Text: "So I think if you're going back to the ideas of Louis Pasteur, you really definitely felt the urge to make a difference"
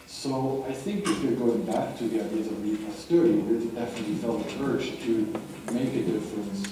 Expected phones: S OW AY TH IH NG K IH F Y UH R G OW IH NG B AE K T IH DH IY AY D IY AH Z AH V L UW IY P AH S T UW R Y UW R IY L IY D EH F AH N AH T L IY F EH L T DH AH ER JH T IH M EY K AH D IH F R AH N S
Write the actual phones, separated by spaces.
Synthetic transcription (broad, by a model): S OW AY TH IH NG K IH F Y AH R G OW IH NG B AE K T IH DH IY AY D IY AH Z AH V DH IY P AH S T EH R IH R IY W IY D EH F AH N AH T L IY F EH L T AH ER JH T IH M EY K AH D IH F R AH N S